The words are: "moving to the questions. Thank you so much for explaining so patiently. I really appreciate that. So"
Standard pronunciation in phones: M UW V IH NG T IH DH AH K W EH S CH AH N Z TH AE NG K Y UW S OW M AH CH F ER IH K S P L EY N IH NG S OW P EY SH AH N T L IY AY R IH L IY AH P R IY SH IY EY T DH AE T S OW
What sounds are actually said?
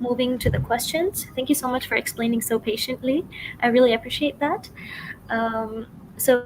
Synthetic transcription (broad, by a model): M UW V IH NG T IH DH AH K W EH S CH AH N Z TH AE NG K Y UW S OW M AH CH F ER IH K S P L EY N IH NG S OW P EY SH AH N T L IY AY R IH L IY AH P R IY SH IY EY T DH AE T S OW